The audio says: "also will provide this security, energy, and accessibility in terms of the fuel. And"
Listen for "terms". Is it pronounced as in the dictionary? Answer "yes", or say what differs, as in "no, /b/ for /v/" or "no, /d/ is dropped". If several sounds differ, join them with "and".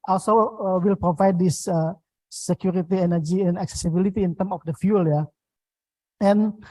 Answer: no, /z/ is dropped